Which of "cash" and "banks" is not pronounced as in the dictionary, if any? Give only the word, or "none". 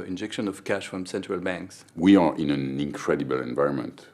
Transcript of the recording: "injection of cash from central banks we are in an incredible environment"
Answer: none